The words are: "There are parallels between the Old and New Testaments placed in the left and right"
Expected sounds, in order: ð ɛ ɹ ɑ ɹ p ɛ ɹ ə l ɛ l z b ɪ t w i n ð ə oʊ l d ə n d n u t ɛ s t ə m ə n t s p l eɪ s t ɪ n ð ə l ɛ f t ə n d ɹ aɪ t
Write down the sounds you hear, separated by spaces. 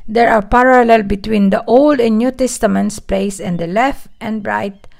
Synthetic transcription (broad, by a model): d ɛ ɹ ɑ ɹ p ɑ ɹ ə l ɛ l b ɪ t w i n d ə oʊ l d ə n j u t ɛ s t ə m ə n t s p l eɪ s ɪ n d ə l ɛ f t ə n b ɹ aɪ t